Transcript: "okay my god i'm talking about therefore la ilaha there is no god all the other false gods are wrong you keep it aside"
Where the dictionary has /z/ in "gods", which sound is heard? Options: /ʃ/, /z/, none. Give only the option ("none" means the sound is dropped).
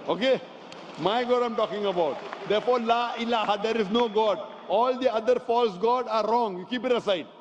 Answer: none